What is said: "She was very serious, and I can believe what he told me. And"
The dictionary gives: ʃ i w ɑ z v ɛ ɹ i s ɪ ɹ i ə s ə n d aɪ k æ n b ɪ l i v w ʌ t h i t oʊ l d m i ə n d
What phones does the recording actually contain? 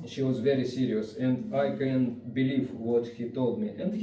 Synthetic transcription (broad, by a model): ʃ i w ɑ z v ɛ ɹ i s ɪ ɹ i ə s ə n d aɪ k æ n b ɪ l i v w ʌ t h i t oʊ l d m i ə n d